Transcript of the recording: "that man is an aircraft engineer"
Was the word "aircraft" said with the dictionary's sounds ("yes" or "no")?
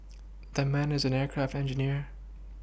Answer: yes